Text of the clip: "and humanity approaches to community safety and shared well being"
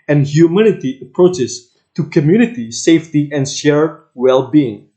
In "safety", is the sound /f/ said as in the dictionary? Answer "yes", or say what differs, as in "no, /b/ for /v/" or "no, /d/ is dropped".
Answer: yes